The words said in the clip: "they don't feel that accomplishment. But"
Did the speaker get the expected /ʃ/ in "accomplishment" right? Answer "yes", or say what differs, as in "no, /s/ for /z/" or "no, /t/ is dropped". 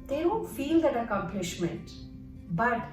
yes